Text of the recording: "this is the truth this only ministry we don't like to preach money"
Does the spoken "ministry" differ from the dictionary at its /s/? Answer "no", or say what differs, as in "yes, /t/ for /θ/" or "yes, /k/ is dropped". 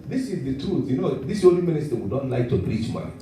no